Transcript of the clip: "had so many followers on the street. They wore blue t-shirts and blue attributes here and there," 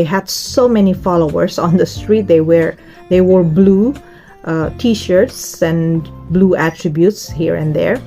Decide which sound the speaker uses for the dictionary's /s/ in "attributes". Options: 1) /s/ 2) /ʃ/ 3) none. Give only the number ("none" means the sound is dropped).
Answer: 1